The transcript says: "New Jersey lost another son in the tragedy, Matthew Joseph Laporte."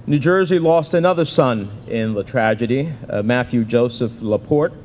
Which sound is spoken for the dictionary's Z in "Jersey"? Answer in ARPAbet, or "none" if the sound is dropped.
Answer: Z